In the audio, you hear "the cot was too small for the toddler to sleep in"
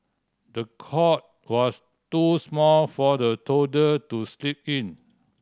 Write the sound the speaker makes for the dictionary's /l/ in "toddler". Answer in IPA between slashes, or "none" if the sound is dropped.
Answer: none